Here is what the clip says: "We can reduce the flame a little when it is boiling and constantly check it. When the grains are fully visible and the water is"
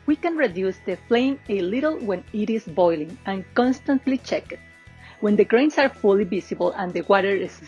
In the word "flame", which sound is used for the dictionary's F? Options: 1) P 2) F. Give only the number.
2